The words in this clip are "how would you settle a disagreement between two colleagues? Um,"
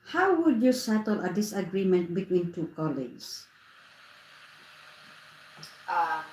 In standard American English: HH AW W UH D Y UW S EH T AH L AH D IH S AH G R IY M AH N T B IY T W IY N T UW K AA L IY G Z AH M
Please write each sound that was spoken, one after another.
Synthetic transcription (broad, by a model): HH AW W UH D Y UW S EH T AH L AH D IH S AH G R IY M AH N T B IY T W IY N T UW K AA L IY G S